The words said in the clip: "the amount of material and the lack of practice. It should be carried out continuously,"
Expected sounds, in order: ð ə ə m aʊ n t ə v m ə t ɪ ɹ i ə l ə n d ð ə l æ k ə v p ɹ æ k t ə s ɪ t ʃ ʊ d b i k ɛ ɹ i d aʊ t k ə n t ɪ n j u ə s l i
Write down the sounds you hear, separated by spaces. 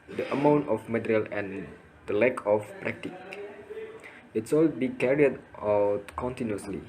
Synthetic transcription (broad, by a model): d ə ə m aʊ n t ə f m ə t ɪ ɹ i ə l ə n d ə l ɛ k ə f p ɹ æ k t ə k ɪ t s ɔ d b i k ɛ ɹ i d aʊ t k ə n t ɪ n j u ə s l i